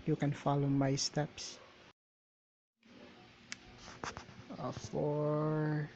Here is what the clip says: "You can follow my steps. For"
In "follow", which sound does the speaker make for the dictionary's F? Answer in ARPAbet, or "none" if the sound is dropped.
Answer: F